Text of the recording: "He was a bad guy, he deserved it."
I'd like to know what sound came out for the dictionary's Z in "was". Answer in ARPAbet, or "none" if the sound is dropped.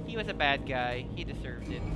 Z